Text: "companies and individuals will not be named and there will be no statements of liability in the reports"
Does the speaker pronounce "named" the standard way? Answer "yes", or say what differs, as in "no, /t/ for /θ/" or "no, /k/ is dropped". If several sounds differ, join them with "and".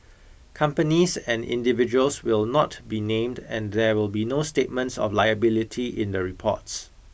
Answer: yes